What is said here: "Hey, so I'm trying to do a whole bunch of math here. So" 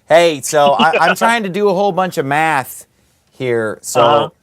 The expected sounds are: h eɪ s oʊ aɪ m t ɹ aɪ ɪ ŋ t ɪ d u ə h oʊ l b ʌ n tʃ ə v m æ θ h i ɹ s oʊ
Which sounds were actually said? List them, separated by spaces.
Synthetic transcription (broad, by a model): h eɪ s oʊ aɪ m t ɹ aɪ ɪ ŋ t ɪ d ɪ ə h oʊ l b ʌ n tʃ ə v m æ θ h i ɹ s oʊ